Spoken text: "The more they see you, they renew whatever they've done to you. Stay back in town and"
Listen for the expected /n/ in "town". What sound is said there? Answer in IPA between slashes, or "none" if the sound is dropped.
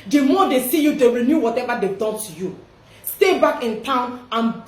/n/